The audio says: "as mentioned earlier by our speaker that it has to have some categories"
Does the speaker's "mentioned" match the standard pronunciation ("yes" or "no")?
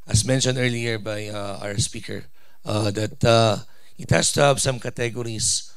yes